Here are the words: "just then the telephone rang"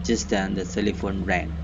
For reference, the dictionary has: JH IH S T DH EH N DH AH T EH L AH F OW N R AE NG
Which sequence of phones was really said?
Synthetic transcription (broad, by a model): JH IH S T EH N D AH S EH L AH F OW N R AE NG